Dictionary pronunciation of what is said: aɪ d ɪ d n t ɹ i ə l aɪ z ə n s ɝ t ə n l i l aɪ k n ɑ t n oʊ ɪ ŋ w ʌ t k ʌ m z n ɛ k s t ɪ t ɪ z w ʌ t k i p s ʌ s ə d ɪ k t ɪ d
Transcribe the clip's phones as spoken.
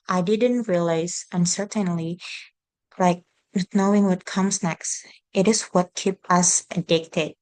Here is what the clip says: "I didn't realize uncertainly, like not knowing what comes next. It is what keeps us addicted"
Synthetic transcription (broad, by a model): aɪ d ɪ d n t ɹ i ə l aɪ z ə n s ɝ t ə n l i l aɪ k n n oʊ ɪ ŋ w ʌ t k ʌ m z n ɛ k s t ɪ t ɪ z w ʌ t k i p ʌ s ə d ɪ k t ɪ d